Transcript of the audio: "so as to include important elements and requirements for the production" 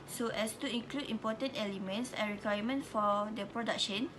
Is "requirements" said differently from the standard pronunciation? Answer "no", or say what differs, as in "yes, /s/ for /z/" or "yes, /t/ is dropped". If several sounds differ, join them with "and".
yes, /s/ is dropped